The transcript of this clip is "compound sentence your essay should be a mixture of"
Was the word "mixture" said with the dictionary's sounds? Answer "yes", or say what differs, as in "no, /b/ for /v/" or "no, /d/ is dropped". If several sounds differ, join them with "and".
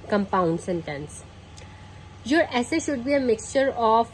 yes